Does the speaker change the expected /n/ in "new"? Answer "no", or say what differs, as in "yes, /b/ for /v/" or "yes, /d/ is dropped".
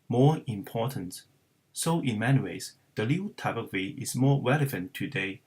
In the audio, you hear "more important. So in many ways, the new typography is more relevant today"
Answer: yes, /l/ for /n/